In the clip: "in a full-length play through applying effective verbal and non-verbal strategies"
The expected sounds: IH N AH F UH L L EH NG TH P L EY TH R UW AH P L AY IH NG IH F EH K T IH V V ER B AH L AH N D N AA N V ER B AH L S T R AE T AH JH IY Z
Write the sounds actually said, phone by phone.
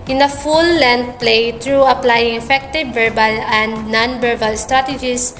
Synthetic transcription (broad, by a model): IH N AH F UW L L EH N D P L EY T R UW AH P L AY IH NG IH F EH K T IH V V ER B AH L AH N D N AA N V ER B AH L S T R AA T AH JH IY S